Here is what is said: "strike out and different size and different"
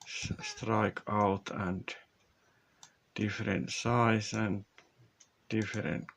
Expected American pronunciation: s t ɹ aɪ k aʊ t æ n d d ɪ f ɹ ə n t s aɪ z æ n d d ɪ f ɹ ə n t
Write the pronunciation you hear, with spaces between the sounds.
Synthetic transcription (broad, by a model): s t ɹ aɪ k aʊ t æ n d d ɪ f ɹ ə n t s aɪ s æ n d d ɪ f ɹ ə n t